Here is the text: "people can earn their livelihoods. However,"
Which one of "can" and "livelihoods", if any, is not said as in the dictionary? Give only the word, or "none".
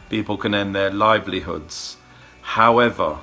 none